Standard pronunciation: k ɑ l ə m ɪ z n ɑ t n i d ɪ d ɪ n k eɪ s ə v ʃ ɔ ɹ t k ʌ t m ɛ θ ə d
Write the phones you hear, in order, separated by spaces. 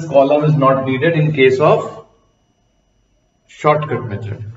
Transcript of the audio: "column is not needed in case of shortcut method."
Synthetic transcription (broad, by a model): k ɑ l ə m ɪ z n ɑ t n i d ɪ d ɪ n k eɪ s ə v ʃ ɔ ɹ t k ʌ t m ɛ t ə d